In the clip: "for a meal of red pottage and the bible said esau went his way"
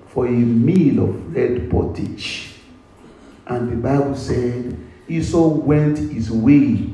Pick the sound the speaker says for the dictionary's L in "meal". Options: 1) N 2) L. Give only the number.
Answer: 2